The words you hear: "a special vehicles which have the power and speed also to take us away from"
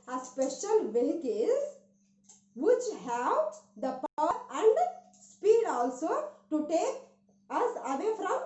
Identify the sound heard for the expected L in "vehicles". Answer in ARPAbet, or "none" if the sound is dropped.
none